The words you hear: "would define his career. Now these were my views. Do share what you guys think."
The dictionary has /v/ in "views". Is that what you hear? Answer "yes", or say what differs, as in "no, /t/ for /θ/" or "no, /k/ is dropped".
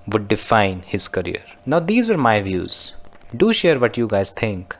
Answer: yes